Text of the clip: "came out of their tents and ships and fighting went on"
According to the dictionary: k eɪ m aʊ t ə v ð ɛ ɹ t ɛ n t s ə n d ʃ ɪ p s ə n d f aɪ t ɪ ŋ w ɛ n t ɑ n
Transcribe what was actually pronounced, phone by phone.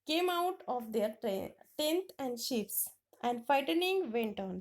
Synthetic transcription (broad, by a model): k eɪ m aʊ t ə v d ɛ ɹ t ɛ n t ə n d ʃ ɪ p s ə n d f aɪ t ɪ ŋ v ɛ n t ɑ n